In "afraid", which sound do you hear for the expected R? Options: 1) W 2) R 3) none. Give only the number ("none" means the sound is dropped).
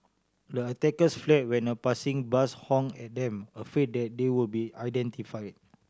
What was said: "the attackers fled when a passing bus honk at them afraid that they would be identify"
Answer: 3